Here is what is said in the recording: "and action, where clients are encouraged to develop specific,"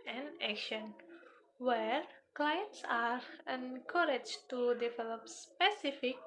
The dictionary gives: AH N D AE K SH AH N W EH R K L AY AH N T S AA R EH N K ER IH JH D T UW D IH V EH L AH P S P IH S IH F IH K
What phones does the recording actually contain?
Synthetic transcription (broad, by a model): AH N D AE K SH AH N W EH R K L AY AH N T S AA R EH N K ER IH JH T UW D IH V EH L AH P S P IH S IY F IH K